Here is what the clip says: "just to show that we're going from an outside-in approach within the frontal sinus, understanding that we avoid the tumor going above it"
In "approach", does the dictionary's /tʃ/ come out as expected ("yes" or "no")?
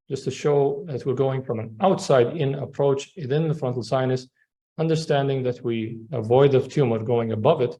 yes